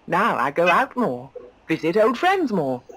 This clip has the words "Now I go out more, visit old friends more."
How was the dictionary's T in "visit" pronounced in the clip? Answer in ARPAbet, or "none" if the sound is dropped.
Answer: T